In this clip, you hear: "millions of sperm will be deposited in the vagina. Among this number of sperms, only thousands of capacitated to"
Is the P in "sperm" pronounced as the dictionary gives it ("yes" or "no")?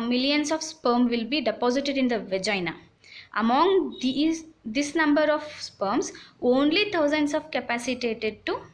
yes